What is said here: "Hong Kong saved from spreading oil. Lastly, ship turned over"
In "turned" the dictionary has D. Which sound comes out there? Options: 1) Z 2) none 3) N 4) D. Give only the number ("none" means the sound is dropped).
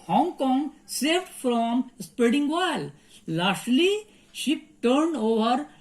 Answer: 4